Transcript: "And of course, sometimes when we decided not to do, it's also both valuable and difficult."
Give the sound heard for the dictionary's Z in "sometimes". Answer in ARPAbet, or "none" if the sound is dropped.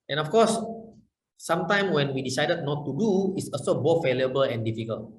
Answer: none